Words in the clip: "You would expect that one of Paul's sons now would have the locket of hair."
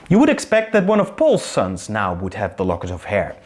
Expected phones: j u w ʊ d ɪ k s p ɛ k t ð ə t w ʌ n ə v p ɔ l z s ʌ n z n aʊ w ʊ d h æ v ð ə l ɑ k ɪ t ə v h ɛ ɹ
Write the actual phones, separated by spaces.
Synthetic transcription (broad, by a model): j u w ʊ d ɪ k s p ɛ k t ð ə t w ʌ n ə v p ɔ l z s ʌ n z n aʊ w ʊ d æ v ð ə l ɑ k ɪ t ə v h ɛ ɹ